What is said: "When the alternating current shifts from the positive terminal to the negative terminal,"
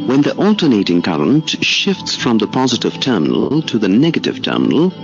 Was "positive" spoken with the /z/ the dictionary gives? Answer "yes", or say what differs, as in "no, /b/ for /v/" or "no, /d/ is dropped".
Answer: yes